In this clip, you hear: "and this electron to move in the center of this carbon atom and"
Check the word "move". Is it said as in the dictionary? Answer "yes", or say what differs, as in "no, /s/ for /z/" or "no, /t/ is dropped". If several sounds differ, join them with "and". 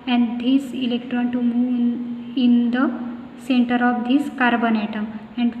no, /v/ is dropped